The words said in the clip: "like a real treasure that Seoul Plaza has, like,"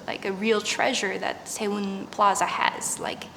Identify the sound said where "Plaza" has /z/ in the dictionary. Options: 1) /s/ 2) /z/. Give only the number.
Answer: 2